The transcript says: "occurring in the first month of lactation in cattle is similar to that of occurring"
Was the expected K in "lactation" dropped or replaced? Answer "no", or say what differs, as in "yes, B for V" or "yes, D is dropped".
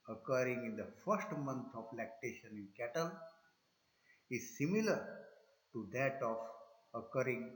no